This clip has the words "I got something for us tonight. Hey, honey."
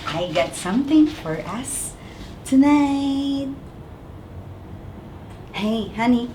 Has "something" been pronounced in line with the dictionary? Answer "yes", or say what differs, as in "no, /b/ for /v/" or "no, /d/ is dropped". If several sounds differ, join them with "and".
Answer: yes